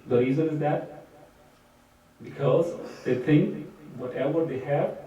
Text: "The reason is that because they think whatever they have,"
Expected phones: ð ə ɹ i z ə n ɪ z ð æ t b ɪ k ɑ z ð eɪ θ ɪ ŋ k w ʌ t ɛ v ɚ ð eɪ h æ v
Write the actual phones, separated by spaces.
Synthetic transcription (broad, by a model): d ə ɹ i z ə n ɪ z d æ t b ɪ k ɑ z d eɪ t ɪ ŋ k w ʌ t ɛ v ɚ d eɪ h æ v